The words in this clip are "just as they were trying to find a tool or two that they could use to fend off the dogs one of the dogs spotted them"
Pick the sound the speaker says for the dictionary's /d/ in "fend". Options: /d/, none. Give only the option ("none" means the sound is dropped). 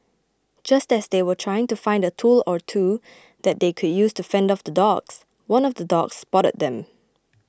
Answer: /d/